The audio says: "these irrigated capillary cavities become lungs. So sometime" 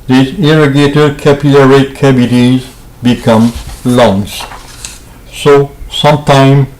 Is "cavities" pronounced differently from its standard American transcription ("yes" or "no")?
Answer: yes